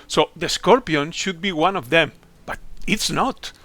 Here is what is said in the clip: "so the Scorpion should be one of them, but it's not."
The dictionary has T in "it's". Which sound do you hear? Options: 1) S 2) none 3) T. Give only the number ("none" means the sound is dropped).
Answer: 3